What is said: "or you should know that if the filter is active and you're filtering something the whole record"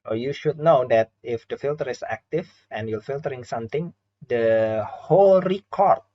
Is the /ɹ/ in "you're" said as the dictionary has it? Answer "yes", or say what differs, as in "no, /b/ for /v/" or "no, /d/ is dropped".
no, /l/ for /ɹ/